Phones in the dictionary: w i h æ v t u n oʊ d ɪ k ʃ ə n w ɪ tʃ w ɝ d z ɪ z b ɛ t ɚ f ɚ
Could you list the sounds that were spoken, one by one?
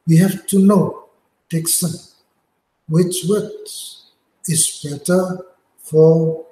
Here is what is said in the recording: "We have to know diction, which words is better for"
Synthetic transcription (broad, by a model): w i h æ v t u n oʊ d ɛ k s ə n w ɪ tʃ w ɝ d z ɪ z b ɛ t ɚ f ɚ